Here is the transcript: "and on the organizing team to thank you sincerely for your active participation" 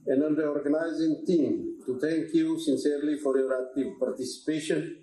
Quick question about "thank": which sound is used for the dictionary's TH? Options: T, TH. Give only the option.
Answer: T